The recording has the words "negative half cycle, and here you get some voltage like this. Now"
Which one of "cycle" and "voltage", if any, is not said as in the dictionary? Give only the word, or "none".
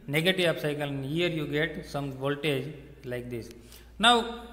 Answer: none